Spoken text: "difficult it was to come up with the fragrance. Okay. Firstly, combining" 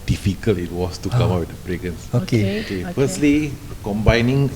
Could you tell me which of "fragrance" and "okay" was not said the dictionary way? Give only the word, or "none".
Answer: fragrance